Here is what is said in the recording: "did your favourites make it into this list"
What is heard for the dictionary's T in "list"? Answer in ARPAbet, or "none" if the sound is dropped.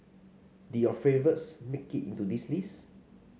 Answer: none